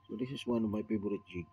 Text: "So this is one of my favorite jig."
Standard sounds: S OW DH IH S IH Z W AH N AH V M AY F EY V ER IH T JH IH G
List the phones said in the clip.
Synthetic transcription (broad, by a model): S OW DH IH S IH S W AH N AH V M AY P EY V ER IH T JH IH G